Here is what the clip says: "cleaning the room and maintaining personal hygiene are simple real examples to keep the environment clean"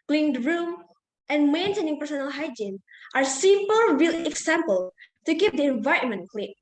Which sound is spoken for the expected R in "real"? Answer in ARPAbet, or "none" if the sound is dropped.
W